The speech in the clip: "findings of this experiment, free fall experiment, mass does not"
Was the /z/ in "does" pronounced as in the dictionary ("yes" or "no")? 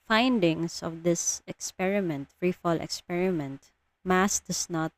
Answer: no